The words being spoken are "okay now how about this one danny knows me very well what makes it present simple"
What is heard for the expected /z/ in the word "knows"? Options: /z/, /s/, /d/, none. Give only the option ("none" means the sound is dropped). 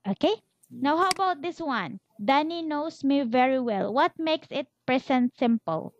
/s/